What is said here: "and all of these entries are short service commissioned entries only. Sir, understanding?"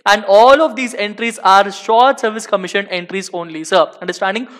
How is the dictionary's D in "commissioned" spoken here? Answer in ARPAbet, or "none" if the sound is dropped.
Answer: none